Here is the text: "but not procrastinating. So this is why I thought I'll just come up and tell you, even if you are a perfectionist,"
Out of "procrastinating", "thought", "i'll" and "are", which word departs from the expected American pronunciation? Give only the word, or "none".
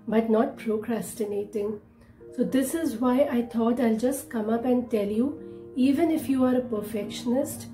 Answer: thought